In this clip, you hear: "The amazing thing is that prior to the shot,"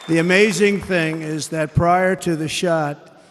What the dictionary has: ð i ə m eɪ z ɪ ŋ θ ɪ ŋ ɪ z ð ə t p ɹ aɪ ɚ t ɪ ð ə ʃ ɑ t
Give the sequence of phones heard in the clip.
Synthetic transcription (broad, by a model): ð i ə m eɪ z ɪ ŋ θ ɪ ŋ ɪ z ð ə t p ɹ aɪ ɚ t ɪ ð ə ʃ ɑ t